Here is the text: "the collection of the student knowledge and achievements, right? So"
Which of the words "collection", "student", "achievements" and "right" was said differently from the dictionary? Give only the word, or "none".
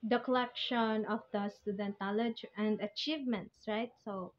none